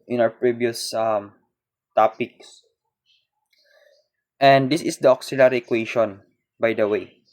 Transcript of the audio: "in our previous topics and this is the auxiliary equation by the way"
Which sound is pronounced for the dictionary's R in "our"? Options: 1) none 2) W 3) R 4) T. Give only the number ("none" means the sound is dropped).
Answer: 2